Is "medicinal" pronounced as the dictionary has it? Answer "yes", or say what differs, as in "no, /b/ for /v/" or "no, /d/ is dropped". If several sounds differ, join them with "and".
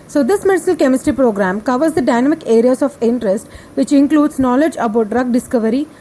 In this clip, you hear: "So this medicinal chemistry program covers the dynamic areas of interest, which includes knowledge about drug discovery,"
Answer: no, /n/ is dropped